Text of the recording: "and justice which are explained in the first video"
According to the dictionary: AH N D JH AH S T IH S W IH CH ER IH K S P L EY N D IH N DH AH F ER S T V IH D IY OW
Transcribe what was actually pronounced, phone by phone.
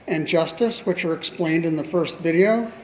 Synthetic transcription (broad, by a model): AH N JH AH S T IH S W IH CH ER IH K S P L EY N D IH N DH AH F ER S T V IH D IY OW